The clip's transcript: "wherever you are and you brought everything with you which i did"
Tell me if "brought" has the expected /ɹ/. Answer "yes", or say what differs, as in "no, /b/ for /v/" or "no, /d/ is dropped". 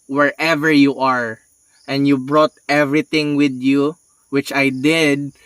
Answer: yes